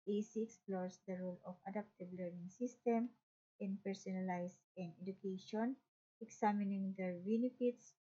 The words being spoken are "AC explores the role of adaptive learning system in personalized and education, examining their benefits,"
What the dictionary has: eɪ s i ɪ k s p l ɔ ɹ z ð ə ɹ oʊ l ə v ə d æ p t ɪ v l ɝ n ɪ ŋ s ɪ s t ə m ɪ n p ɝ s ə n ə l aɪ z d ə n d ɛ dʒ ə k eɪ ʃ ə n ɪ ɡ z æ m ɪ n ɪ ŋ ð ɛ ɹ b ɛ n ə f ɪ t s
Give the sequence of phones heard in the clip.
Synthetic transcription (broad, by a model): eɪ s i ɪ k s p l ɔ ɹ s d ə ɹ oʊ l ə f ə d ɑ p t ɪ b l ɝ n ɪ ŋ s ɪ s t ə m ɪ n p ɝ s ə n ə l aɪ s ə n d ɛ dʒ ə k eɪ ʃ ə n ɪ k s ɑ m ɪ n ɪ ŋ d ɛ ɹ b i n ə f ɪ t s